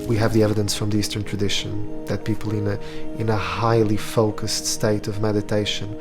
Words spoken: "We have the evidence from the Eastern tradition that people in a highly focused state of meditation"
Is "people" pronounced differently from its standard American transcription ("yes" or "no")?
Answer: yes